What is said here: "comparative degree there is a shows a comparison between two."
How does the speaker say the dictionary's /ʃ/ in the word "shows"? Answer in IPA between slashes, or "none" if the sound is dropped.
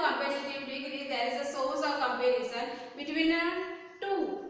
/s/